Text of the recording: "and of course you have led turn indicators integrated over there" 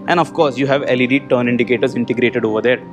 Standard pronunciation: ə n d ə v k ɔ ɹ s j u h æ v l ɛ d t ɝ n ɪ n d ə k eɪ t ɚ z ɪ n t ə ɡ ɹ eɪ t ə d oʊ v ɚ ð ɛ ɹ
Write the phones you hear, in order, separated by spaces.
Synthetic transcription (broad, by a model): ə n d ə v k ɔ ɹ s j u h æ v l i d t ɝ n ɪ n d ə k eɪ t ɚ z ɪ n t ə ɡ ɹ eɪ t ə d oʊ v ɚ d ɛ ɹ